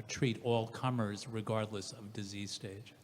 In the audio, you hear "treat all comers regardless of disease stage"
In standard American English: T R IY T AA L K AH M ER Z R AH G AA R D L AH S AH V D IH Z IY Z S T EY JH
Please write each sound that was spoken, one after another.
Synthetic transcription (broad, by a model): T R IY T AA L K AH M ER Z R AH G AA R D L AH S AH V D IH Z IY Z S T EY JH